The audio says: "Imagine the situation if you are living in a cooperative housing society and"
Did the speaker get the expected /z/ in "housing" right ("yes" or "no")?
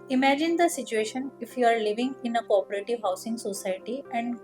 no